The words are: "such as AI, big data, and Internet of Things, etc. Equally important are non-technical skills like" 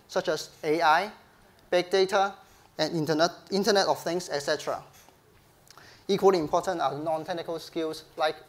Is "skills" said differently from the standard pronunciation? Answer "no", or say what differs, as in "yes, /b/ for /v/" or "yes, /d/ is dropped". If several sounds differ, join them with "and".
yes, /s/ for /z/